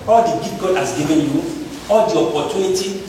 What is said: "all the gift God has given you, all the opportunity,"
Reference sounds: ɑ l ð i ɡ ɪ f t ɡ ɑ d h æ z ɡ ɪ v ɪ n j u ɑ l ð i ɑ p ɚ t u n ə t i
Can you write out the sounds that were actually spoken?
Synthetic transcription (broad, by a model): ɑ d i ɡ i t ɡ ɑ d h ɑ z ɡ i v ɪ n j u ɑ l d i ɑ p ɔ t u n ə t i